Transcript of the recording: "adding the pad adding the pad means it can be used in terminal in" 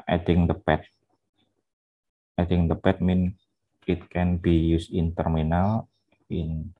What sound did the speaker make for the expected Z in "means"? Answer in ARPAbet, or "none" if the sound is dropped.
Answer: none